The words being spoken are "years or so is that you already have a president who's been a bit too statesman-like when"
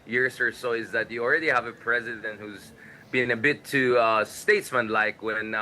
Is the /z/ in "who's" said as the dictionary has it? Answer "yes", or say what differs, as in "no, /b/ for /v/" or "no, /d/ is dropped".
yes